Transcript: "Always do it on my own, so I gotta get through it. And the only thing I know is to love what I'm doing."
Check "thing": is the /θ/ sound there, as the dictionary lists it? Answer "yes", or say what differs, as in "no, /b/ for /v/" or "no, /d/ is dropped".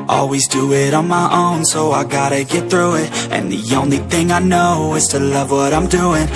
yes